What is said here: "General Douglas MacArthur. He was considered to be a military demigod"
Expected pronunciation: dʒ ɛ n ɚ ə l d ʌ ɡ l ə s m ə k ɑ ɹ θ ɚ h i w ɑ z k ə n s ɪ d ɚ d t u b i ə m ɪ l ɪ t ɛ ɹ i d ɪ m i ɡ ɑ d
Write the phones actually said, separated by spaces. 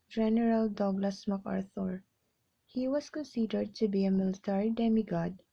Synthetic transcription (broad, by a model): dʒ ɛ n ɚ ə l d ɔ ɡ l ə s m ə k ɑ ɹ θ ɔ h i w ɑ s k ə n s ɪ d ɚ d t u b i ə m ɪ l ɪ t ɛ ɹ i d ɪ m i ɡ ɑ d